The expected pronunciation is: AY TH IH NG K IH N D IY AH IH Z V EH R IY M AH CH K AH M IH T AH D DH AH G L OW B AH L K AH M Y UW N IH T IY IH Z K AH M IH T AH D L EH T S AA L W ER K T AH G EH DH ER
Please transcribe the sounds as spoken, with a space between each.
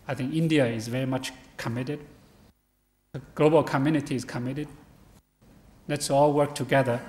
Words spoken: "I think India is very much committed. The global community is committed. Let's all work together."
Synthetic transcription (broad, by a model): AY TH IH NG K IH N D IY AH IH Z V EH R IY M AH CH K AH M IH T AH D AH G L OW B AH L K AH M Y UW N IH T IY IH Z K AH M IH T AH D L EH T S AA L W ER K T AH G EH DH ER